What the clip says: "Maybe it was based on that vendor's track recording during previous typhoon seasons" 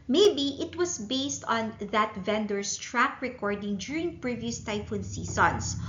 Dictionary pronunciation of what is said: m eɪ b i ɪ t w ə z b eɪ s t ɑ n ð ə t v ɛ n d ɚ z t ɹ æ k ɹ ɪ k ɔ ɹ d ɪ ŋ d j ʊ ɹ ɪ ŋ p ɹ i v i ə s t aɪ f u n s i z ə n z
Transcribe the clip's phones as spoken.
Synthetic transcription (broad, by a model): m eɪ b i ɪ t w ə s b eɪ s t ɑ n ð ə t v ɛ n d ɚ s t ɹ æ k ɹ ɪ k ɔ ɹ d ɪ ŋ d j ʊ ɹ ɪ ŋ p ɹ i v i ə s t aɪ f u n s i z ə n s